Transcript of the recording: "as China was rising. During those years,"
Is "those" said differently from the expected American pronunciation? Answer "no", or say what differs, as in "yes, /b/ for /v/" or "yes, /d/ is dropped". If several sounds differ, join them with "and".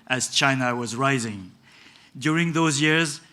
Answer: no